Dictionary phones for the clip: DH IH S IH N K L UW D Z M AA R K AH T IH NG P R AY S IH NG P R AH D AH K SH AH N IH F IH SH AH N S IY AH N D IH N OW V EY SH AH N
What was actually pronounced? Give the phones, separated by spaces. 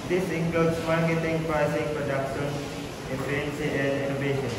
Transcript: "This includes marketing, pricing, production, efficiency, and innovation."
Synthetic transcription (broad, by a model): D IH S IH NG K L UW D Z M AA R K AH T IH NG P R AY S IH NG P R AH D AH K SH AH N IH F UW AH N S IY AH N D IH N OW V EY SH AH N